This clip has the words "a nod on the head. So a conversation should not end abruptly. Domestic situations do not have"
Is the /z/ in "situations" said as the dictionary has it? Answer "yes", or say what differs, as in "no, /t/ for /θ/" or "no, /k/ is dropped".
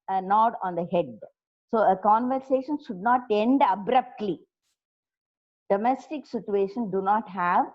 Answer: no, /z/ is dropped